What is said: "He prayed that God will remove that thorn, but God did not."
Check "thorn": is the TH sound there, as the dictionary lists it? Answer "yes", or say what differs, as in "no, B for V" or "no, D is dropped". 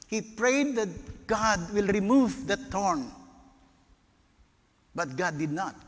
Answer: no, T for TH